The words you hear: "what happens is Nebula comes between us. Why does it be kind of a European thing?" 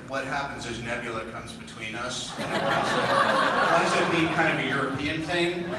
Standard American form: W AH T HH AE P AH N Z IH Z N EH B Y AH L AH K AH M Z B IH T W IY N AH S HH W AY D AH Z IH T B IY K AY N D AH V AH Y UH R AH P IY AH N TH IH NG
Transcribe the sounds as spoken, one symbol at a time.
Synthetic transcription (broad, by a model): W AH T HH AE P AH N Z IH Z N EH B Y L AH K AH M Z B IH T W IY N AH S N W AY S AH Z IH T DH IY K AY N D AH V AH Y UH R AH P IY AH N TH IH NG